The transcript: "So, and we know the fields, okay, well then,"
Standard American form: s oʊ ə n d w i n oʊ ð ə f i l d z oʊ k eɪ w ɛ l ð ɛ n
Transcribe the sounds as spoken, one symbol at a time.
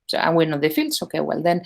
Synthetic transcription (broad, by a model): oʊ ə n w i n oʊ ð ə f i l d s oʊ k eɪ w ɛ l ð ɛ n